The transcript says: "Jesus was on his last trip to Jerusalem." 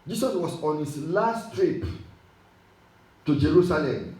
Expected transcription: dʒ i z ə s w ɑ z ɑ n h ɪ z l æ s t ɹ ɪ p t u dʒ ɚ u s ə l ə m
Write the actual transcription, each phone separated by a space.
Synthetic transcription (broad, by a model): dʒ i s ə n w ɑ s ɑ n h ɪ s l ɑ s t ɹ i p t u dʒ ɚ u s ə l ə m